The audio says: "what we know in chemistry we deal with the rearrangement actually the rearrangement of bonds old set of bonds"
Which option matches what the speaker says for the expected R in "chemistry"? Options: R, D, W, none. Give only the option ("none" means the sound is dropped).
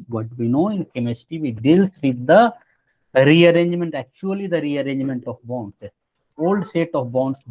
none